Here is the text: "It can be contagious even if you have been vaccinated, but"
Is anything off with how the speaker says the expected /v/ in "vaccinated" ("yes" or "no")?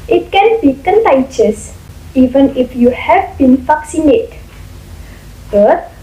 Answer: yes